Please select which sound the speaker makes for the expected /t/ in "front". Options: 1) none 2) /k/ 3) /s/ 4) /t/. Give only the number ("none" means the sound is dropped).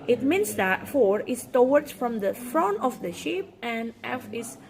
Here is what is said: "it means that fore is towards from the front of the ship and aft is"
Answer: 1